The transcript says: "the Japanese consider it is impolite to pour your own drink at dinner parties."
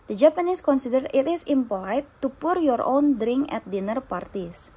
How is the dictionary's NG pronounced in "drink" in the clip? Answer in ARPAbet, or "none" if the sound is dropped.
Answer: NG